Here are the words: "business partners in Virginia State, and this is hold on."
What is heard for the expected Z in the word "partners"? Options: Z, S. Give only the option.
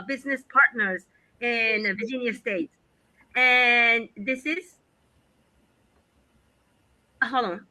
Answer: Z